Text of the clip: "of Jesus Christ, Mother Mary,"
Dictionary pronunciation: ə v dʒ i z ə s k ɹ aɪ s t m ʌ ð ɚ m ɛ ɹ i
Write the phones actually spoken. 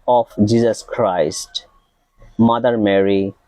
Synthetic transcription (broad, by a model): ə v dʒ i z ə s k ɹ aɪ s t m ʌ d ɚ m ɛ ɹ i